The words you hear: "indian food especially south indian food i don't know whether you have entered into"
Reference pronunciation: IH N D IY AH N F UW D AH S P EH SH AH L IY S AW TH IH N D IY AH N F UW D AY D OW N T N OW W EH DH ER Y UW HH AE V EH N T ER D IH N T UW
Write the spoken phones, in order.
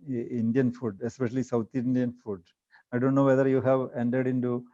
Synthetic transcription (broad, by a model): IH N D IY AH N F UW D AH S P EH SH AH L IY S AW T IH N D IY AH N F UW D AY D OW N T N OW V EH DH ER Y UW HH AE V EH N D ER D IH N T UW